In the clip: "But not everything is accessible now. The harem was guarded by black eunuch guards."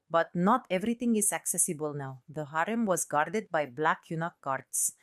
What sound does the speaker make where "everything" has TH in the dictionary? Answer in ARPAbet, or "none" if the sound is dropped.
T